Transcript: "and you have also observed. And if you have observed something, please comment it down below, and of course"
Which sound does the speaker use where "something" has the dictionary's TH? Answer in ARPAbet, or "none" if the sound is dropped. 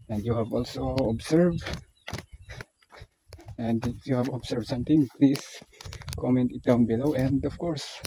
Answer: T